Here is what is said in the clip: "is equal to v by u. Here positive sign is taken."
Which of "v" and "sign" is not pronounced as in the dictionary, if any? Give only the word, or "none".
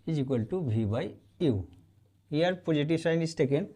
v